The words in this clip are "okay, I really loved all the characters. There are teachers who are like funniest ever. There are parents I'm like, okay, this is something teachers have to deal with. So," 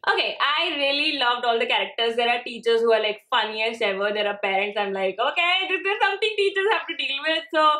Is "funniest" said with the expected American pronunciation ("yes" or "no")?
no